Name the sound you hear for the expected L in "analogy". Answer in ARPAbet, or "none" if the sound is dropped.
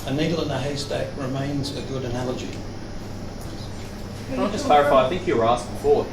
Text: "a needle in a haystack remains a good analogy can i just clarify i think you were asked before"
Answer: L